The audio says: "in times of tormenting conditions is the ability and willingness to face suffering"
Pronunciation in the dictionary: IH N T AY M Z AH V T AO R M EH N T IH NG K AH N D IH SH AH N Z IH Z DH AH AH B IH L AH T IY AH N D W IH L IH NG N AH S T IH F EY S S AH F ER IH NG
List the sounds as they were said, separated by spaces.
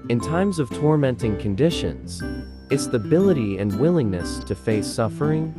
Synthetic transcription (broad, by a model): IH N T AY M Z AH V T AO R M EH N T IH NG K AH N D IH SH AH N Z IH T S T AH B IH L AH T IY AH N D W IH L IH NG N AH S T IH F EY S S AH F ER IH NG